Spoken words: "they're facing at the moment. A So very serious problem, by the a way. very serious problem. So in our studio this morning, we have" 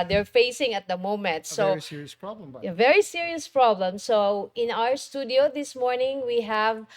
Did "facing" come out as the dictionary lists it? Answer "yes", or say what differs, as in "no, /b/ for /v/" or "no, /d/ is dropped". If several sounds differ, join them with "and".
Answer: yes